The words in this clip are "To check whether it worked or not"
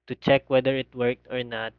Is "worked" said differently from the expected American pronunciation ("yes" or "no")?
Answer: no